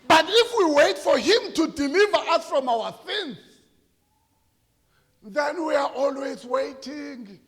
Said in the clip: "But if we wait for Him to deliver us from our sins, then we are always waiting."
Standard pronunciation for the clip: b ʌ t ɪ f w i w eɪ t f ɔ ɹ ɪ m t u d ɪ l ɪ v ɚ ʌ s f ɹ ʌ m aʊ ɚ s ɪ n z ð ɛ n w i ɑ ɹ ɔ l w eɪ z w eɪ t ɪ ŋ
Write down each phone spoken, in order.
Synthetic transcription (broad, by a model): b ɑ t ɪ f w i w eɪ t f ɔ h ɪ m t u d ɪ l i v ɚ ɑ s f ɹ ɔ m aʊ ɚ θ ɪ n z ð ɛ n w i ɑ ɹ ɔ l w eɪ z w eɪ t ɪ ŋ